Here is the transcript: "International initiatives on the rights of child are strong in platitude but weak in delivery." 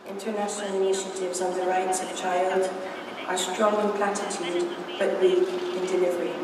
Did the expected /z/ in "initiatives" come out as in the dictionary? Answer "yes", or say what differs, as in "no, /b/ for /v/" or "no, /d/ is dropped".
yes